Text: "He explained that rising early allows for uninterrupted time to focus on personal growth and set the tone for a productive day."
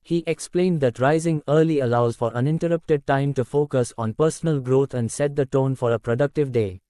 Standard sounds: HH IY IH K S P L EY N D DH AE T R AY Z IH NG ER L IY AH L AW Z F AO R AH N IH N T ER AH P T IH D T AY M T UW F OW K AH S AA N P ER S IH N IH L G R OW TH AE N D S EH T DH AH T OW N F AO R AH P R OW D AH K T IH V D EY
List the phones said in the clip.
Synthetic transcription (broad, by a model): HH IY IH K S P L EY N D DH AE T R AY Z IH NG ER L IY AH L AW Z F AO R AH N IH N T ER AH P T IH D T AY M T UW F OW K AH S AA N P ER S IH N IH L G R OW T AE N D S EH T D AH T OW N F AO R AH P R OW D AH K T IH V D EY